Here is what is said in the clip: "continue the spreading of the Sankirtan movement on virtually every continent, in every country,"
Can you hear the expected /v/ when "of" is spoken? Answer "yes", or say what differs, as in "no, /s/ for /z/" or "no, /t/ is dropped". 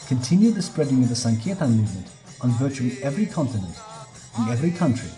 yes